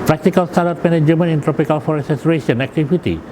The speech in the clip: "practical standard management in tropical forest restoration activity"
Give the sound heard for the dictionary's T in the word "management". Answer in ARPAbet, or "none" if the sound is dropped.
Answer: none